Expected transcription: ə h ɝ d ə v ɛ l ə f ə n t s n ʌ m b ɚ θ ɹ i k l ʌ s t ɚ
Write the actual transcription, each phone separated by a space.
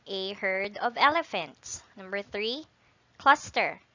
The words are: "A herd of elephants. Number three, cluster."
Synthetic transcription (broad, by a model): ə h ɝ d ə v ɛ l ə f ə n t s n ʌ m b ɚ θ ɹ i k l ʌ s t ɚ